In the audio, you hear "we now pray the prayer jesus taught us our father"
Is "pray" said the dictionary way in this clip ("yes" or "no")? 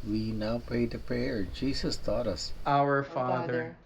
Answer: no